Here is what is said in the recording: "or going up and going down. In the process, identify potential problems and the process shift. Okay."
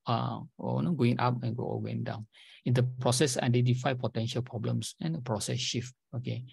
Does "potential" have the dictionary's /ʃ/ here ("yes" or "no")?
yes